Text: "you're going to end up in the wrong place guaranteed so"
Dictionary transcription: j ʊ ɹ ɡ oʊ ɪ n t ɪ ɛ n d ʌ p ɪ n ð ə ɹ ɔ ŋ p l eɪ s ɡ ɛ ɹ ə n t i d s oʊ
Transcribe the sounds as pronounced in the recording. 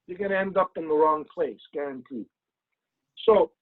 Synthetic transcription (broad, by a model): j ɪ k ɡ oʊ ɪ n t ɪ ɛ n d ʌ p ɪ n ð ə ɹ ɔ ŋ p l eɪ s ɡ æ ɹ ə n t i s oʊ